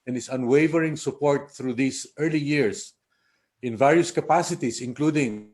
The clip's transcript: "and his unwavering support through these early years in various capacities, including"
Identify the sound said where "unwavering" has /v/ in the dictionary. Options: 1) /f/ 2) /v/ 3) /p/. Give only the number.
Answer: 2